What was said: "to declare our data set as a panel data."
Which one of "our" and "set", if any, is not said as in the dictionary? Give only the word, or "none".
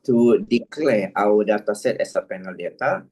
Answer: our